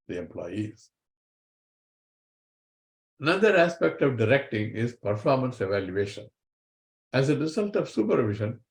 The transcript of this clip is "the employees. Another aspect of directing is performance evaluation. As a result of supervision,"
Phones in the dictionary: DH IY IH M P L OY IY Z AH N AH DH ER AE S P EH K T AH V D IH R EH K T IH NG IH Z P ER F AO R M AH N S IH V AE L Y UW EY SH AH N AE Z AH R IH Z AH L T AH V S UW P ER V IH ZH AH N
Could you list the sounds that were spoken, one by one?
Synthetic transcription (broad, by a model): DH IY IH M P L OY IY Z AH N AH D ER AE S P EH K T AH V D IH R EH K T IH NG IH Z P ER F AO R M AH N S IH V AE L Y UW EY SH AH N AE Z AH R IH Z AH L T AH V S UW P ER V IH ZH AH N